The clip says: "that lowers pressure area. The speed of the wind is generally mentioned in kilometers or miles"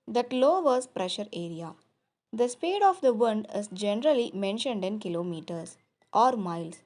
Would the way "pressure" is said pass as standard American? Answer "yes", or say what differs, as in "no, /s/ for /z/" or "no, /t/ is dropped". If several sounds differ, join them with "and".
yes